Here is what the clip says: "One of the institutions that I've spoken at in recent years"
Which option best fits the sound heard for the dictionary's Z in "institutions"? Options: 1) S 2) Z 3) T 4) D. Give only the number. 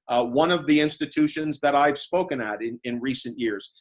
2